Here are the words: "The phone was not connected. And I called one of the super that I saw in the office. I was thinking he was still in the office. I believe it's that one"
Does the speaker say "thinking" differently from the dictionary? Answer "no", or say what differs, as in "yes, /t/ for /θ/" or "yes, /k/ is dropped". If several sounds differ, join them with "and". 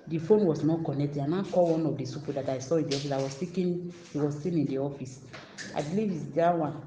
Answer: yes, /s/ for /θ/ and /ŋ/ is dropped